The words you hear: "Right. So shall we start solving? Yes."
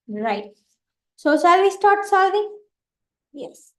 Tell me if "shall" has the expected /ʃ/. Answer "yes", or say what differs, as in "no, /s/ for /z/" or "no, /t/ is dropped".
no, /s/ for /ʃ/